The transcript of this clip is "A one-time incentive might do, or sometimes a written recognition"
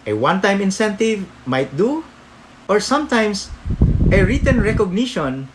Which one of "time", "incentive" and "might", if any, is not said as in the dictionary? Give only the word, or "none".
none